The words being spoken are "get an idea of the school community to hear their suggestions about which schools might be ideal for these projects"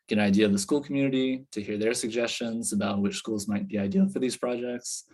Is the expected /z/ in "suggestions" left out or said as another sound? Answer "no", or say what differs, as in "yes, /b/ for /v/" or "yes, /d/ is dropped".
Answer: no